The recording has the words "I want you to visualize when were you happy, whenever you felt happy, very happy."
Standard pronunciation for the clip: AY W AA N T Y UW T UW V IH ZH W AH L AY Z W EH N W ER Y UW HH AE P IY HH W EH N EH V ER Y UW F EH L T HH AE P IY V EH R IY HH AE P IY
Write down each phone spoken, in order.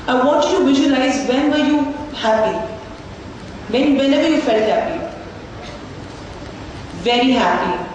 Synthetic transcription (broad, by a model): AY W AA T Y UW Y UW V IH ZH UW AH L AY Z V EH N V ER Y UW HH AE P IY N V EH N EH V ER Y UW F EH L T HH AE P IY V EH R IY HH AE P IY